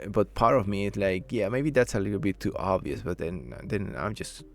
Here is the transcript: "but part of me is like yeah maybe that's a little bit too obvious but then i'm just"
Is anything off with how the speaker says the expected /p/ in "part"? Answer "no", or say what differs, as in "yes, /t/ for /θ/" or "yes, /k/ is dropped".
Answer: no